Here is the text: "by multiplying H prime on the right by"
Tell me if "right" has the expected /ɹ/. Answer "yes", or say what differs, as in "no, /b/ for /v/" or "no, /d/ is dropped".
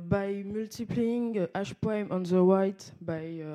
no, /w/ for /ɹ/